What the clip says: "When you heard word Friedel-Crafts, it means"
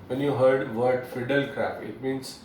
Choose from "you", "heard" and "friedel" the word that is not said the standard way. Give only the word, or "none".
friedel